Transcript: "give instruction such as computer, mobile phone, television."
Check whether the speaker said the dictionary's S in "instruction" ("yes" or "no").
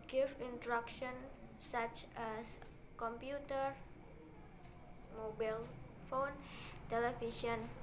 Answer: no